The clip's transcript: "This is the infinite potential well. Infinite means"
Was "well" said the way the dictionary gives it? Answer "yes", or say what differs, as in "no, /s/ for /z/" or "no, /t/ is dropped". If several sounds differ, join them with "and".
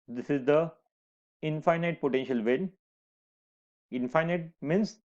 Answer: no, /n/ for /l/